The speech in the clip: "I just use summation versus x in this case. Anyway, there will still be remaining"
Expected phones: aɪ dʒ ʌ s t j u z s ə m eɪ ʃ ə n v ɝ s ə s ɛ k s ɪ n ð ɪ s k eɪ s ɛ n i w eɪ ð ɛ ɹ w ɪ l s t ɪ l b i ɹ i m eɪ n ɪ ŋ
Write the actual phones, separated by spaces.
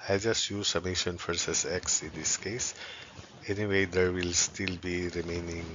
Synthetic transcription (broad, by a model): aɪ dʒ ʌ s t j u z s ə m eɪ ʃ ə n f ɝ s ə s ɛ k s ɪ n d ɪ s k eɪ s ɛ n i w eɪ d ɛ ɹ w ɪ l s t ɪ l b i ɹ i m eɪ n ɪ ŋ